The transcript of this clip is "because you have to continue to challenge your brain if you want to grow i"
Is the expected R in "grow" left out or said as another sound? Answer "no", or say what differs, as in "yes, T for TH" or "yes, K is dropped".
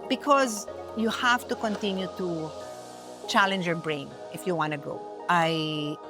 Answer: yes, R is dropped